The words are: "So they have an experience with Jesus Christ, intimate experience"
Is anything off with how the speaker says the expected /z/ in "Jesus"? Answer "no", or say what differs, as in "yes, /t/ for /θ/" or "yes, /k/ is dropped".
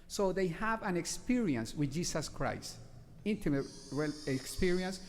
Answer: yes, /s/ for /z/